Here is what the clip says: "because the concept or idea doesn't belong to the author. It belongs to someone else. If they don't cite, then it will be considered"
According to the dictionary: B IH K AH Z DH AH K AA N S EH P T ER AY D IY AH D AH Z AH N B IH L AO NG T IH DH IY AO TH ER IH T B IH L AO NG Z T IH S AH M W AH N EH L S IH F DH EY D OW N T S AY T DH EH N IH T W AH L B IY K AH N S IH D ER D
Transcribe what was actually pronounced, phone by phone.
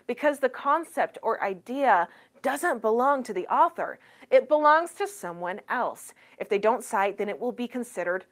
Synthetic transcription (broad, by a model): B IH K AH Z DH AH K AA N S EH P T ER AY D IY AH D AH Z AH N B IH L AO NG T IH DH IY AO TH ER IH T B IH L AO NG Z T IH S AH M W AH N EH L S IH F DH EY D OW N T S AY T DH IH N IH T W AH L B IY K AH N S IH D ER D